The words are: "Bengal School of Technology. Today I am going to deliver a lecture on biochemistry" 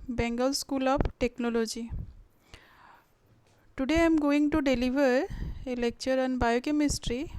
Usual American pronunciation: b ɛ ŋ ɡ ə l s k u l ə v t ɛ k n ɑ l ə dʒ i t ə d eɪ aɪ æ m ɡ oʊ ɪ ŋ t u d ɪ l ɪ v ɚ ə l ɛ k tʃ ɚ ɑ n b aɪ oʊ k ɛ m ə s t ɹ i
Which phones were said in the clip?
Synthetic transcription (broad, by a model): b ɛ ŋ ɡ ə l s k u l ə p t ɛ k n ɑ l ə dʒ i t ə d eɪ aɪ m ɡ oʊ ɪ ŋ t u d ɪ l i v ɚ ə l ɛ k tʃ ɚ ɑ n b aɪ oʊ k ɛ m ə s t ɹ i